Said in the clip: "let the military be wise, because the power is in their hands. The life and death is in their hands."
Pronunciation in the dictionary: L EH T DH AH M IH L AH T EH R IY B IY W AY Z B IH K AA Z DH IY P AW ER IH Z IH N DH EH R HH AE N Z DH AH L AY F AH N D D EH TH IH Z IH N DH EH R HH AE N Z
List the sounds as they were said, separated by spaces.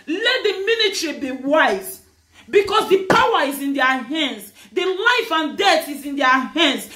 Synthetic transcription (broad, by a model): L EH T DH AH M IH N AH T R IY B IY W AY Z B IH K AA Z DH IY P AW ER IH Z IH N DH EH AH HH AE N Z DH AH L AY F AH N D D EH TH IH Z IH N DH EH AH HH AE N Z